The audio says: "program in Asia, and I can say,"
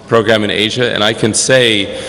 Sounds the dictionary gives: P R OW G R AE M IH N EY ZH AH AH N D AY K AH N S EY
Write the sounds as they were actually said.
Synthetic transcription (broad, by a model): P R OW G R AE M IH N EY ZH AH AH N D AY K AH N S EY